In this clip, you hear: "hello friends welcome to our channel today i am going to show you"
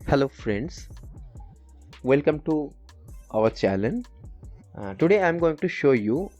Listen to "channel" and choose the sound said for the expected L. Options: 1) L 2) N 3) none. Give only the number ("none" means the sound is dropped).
2